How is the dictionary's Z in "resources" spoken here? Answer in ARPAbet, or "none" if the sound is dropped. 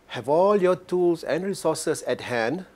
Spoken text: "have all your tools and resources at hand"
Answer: S